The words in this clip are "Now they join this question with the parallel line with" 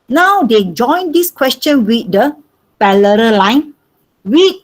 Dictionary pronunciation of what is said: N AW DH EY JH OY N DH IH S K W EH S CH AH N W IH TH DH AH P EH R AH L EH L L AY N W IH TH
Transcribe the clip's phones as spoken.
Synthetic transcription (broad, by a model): N AW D EY JH OY N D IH S K W EH S CH AH N W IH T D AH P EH L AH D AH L L AY N W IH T